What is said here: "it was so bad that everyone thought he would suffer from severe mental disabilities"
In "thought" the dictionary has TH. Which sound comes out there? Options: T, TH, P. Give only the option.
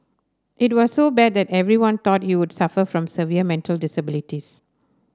T